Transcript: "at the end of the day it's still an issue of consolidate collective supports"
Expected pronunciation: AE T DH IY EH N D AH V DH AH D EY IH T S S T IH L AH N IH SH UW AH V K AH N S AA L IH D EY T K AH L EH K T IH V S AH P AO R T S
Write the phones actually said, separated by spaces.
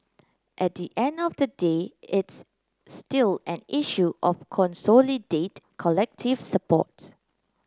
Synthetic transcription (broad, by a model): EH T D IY EH N D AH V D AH D EY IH T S S T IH L AH N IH SH UW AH F K AH N S AA L IH D EY T K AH L EH K T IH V S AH P AO T S